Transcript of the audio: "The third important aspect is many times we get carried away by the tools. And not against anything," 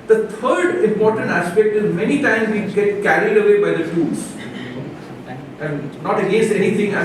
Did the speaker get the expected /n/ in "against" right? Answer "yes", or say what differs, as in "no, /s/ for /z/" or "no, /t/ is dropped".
no, /n/ is dropped